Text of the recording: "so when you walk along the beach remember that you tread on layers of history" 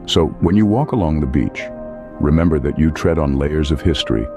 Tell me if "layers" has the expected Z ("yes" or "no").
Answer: yes